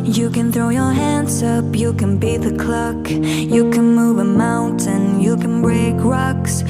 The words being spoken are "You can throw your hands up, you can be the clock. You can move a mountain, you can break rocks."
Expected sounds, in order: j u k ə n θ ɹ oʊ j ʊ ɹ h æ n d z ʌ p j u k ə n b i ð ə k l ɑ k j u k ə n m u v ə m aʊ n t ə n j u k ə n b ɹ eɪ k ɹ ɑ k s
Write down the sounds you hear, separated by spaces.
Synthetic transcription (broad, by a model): j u k ə n θ ɹ oʊ j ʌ ɹ h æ n d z ʌ p j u k ə n b i ð ə k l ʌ k j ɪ k ə n m u v ə m aʊ n t ə n j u k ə n b ɹ eɪ k ɹ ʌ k s